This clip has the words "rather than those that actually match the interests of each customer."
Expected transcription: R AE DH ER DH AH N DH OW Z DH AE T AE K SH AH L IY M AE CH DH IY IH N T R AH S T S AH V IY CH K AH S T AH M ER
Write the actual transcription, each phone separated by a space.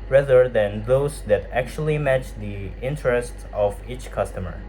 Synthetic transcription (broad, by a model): R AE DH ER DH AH N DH OW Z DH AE T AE K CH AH L IY M AE CH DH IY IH N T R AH S T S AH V IY CH K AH S T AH M ER